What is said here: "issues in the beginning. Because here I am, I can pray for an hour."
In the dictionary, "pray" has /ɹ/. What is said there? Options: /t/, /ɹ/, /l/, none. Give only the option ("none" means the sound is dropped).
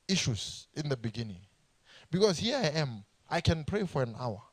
/ɹ/